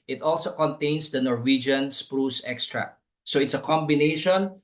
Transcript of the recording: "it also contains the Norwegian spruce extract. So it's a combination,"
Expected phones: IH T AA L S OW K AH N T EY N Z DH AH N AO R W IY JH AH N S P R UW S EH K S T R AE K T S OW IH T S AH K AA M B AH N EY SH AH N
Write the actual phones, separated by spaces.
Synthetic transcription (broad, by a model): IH T AA L S OW K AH N T EY N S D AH N AO R W IY JH AH N S P R UW S EH K S T R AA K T S OW IH T S AH K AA M B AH N EY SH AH N